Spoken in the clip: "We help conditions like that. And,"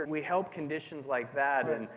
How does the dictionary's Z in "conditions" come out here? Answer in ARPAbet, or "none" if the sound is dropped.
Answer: Z